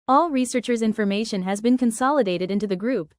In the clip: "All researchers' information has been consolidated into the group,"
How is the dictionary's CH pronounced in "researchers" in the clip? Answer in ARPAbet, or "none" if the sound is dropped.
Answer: CH